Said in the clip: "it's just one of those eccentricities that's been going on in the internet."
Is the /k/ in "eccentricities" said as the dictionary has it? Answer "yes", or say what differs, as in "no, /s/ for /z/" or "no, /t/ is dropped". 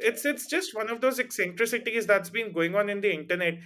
yes